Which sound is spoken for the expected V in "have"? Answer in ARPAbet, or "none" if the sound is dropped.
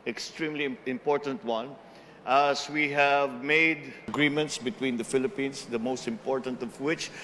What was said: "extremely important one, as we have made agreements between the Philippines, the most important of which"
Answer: V